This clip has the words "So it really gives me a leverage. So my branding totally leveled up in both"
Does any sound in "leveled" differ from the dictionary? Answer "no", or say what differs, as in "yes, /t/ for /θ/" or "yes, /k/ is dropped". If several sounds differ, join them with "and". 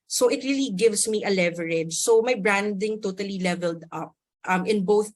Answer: no